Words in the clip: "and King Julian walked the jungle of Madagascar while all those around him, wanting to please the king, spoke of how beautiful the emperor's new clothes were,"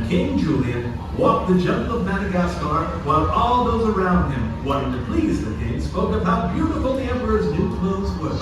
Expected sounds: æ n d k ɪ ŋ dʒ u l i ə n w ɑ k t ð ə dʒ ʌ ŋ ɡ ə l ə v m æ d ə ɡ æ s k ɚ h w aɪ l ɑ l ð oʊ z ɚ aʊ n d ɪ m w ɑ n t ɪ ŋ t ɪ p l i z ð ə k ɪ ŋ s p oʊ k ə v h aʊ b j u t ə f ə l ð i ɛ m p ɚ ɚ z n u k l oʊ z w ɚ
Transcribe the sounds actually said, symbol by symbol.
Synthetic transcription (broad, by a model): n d k ɪ ŋ dʒ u l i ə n w ɑ k t ð ə dʒ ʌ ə n ə v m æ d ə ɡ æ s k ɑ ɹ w aɪ l ɑ l ð oʊ z ɚ aʊ n d ɪ m w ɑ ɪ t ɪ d t ɪ p l i z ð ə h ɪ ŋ s p oʊ k ə v h aʊ b j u t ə f l ð i ɛ m p ɚ ɚ z n u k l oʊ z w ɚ